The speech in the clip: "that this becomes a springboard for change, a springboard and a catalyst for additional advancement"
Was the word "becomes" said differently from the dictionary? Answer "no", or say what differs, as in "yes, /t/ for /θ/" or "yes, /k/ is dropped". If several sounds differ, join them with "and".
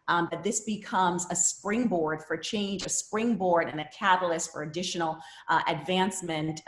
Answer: no